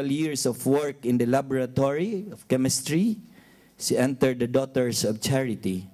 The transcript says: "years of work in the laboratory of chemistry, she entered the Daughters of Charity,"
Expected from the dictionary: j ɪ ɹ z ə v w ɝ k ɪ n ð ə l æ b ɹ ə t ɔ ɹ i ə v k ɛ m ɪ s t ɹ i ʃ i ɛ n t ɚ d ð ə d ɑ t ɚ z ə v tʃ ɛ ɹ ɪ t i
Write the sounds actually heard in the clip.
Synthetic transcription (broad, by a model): j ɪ ɹ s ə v w ɝ k ɪ n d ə l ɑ b ɹ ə t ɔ ɹ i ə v k ɛ m ɪ s t ɹ i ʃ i ɛ n t ɚ d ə d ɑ t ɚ s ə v tʃ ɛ ɹ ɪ t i